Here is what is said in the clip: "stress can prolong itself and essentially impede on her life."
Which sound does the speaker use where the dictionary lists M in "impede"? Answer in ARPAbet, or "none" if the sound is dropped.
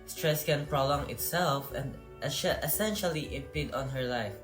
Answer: none